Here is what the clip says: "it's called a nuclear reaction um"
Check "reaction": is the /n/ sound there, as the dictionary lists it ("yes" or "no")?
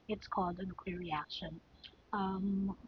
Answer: yes